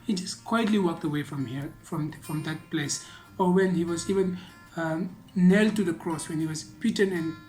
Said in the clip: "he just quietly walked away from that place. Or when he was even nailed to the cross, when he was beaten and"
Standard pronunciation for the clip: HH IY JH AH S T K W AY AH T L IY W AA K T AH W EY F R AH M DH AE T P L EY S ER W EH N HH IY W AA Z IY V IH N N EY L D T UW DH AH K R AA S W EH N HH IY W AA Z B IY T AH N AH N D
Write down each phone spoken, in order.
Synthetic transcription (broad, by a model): HH IY JH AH S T K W AY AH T L IY W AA K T AH W EY F R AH M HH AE T P L EY S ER W EH N HH IY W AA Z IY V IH N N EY L T UW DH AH K R AA S W EH N HH IY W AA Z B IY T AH N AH N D